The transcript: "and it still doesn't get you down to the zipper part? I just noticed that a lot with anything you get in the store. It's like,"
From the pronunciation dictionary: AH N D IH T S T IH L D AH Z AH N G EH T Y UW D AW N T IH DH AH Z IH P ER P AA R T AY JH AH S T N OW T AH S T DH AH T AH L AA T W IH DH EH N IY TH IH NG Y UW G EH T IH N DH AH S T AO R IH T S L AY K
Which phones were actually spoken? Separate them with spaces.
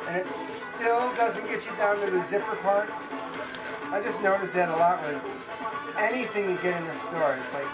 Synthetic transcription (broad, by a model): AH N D IH T S T IH L D AH Z AH N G EH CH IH D AW N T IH DH AH Z IH P ER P AA R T AY JH AH S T N OW T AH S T DH AH T AH L AA T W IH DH EH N IY TH IH NG Y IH G EH T IH N DH AH S T AO R IH T S L AY K